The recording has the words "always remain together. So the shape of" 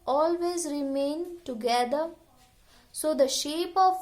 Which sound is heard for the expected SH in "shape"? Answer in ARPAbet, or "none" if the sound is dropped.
SH